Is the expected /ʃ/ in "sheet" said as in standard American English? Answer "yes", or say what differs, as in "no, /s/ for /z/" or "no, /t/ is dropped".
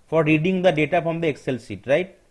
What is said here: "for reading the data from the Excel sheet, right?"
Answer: no, /s/ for /ʃ/